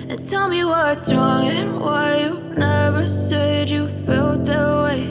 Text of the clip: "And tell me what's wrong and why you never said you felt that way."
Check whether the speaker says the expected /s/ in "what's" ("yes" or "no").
no